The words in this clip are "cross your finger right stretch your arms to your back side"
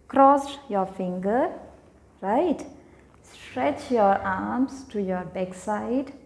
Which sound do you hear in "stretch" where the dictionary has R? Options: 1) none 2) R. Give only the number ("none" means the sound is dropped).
2